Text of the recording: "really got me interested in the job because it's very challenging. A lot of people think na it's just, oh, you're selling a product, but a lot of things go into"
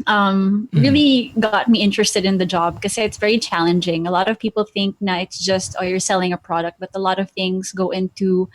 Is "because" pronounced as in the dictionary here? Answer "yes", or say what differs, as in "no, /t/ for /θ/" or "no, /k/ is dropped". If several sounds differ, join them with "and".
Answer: no, /z/ is dropped